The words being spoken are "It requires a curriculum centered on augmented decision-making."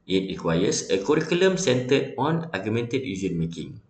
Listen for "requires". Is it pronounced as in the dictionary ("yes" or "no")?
no